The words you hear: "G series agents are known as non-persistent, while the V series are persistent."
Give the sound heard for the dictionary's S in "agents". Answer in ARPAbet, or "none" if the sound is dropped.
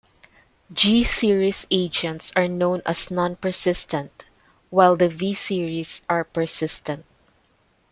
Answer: S